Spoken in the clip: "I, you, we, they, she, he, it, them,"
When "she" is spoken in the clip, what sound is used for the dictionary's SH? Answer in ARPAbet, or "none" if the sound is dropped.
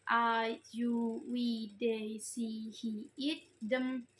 S